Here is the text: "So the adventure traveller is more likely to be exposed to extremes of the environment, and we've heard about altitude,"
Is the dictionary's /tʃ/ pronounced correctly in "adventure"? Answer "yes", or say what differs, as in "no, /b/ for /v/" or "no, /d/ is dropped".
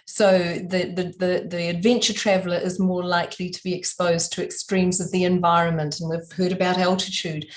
yes